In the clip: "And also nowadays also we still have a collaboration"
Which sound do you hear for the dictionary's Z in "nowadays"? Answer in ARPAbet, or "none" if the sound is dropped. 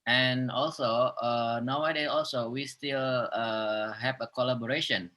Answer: none